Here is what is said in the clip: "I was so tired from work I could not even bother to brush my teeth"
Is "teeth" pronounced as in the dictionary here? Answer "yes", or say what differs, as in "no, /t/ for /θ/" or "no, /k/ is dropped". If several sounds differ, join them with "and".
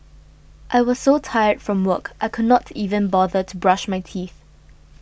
yes